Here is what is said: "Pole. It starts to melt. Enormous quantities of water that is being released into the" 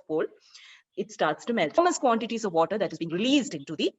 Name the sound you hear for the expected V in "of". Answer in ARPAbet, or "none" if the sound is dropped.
V